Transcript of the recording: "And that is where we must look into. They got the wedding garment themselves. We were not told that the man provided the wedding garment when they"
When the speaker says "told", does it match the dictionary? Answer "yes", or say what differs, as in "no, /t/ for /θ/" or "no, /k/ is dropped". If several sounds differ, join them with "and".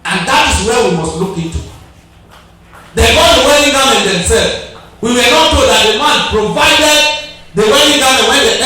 no, /l/ is dropped